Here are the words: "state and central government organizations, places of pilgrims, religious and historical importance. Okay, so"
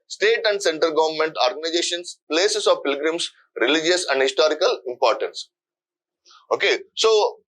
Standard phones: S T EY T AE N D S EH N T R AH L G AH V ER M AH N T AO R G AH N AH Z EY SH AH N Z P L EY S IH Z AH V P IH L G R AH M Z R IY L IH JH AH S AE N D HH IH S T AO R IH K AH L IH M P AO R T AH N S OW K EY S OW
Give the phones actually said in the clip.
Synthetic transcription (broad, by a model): S T EY T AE N D S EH N T AH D G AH V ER M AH N T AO R G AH N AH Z EY SH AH N S P L EY S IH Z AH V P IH L G R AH M S R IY L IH JH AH S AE N D HH IH S T AO R IH K AH L IH M P AO R T AH N S OW K EY S OW